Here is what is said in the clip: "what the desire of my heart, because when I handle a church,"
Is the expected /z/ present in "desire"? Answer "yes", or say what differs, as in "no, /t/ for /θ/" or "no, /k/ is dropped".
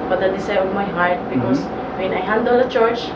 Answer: no, /s/ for /z/